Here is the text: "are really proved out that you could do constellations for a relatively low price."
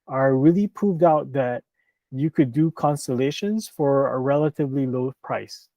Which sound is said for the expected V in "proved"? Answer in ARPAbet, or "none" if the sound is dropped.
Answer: V